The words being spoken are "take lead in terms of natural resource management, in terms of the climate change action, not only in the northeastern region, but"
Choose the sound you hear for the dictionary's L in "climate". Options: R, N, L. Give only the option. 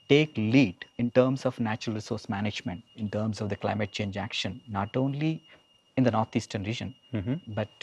L